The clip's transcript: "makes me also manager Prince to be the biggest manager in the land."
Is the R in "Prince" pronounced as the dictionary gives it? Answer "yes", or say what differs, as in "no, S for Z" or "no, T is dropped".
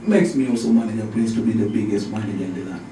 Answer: no, L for R